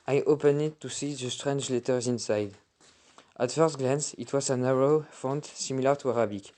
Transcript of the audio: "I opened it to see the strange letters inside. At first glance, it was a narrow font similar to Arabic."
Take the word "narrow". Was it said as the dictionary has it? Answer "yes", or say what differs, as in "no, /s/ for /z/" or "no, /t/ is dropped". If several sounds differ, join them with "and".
yes